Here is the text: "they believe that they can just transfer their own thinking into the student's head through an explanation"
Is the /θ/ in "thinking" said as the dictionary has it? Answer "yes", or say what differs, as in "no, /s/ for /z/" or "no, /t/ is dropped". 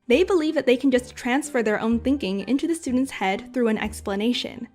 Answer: yes